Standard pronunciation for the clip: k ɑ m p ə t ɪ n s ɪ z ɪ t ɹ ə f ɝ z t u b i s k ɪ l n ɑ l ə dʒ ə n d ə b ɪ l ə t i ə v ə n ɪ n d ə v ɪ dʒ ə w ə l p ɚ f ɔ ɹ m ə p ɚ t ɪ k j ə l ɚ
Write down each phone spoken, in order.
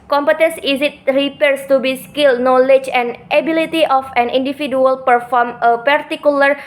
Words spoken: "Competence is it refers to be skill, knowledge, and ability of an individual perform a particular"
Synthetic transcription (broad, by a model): k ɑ m p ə t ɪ n s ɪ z ɪ t ɹ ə p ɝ s t u b i s k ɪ l n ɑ l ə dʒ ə n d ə b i l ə t i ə f ə n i n d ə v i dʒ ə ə l p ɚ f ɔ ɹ m ə p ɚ t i k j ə l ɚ